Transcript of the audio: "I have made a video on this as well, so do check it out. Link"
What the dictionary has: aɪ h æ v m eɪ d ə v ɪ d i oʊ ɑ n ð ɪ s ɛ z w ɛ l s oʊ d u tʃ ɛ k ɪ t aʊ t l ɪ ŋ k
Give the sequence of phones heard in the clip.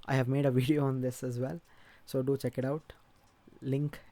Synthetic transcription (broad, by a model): aɪ h æ v m eɪ d ə v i d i oʊ ɑ n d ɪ s ɛ z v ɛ l s oʊ d u tʃ ɛ k ɪ t aʊ t l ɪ ŋ k